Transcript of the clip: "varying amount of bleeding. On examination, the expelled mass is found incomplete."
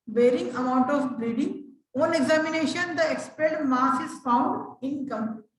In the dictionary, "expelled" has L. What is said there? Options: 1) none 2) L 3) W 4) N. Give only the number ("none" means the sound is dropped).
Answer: 1